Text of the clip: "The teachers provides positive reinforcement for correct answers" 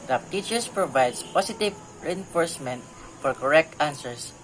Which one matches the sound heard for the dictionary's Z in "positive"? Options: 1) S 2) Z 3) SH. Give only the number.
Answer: 1